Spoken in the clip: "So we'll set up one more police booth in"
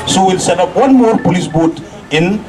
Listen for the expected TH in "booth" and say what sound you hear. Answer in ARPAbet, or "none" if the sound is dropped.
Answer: T